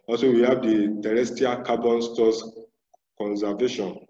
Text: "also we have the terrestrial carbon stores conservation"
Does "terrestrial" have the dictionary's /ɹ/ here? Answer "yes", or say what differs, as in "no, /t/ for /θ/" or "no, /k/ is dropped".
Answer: no, /ɹ/ is dropped